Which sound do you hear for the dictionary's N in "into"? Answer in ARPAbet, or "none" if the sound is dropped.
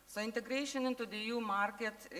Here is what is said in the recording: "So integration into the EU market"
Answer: N